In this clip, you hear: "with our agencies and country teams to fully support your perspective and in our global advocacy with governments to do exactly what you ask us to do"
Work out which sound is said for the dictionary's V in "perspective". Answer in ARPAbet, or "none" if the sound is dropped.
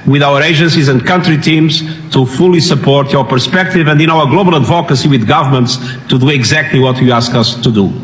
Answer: V